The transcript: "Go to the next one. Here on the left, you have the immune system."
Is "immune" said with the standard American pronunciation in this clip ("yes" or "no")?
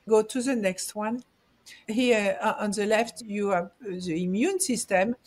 yes